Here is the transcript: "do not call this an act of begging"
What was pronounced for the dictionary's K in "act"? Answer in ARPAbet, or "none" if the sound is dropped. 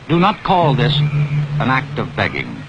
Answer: K